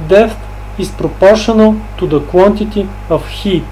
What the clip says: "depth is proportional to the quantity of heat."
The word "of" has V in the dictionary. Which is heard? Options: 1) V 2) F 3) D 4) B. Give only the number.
2